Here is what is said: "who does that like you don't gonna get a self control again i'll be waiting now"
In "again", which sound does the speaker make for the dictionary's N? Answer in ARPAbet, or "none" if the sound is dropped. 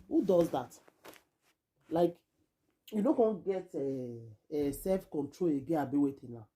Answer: none